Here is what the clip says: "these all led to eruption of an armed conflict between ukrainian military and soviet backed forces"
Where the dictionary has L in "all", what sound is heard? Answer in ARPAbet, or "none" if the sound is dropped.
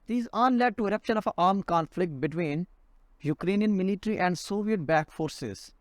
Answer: N